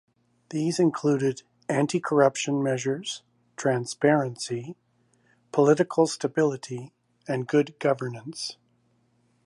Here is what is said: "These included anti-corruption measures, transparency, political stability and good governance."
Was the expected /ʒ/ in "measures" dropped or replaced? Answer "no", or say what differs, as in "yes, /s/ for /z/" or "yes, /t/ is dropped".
no